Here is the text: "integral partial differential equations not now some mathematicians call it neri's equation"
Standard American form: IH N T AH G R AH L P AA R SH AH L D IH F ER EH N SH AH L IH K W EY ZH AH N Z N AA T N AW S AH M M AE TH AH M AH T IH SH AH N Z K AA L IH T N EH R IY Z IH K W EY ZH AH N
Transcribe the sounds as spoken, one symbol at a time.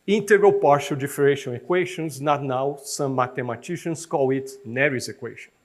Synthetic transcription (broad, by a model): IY N T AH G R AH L P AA R SH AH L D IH F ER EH SH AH N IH K W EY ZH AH N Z N AA T N AW S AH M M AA T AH M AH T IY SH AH N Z K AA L IH T N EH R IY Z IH K W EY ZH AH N